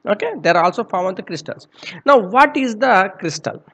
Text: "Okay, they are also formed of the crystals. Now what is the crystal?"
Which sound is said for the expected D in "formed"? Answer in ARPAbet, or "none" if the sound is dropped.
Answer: none